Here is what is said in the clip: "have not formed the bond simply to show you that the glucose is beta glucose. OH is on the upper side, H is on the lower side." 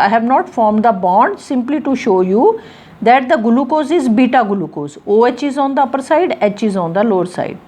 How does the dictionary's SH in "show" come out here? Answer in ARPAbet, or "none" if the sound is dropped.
SH